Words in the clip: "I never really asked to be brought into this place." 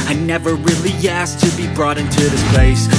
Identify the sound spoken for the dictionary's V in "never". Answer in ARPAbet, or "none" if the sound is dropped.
V